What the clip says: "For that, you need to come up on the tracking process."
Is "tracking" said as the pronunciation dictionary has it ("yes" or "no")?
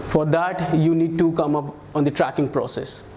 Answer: yes